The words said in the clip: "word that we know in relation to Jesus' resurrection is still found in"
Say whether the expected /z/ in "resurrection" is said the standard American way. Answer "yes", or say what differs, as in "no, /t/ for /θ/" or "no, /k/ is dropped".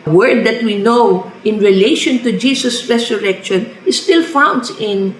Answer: no, /s/ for /z/